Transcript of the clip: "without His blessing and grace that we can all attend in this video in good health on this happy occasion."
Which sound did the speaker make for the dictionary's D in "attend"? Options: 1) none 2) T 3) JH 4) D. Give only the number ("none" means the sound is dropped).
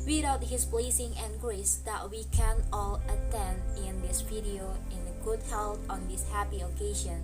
4